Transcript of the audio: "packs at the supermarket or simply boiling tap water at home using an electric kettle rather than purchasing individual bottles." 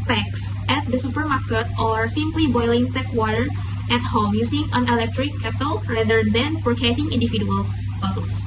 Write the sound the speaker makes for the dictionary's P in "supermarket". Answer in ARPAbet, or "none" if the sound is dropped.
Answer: P